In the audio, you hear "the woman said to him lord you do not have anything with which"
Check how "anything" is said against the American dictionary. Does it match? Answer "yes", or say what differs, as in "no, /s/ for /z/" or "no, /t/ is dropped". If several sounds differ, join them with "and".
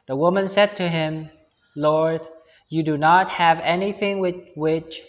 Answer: yes